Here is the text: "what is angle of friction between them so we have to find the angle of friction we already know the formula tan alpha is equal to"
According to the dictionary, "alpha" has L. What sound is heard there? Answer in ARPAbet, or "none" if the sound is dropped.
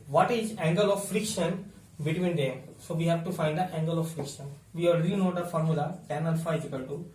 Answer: N